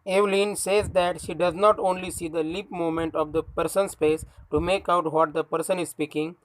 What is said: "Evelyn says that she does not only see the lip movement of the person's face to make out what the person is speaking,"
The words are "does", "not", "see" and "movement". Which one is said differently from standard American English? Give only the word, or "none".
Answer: movement